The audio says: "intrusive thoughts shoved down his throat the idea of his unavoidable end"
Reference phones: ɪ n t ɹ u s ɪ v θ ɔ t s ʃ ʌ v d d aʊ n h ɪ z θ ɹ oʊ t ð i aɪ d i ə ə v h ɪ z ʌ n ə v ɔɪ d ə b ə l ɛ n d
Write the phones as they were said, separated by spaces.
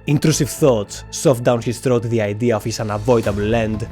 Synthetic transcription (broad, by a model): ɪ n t ɹ u s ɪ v θ ɔ t s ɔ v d d aʊ n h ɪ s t ɹ oʊ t ð i aɪ d i ə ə f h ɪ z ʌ n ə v ɔɪ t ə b l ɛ n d